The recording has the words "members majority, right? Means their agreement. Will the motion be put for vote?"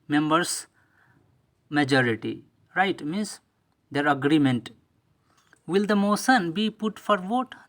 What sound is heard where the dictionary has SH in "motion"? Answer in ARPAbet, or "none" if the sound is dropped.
S